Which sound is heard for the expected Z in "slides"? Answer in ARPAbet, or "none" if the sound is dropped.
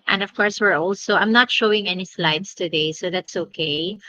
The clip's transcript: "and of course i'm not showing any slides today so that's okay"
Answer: S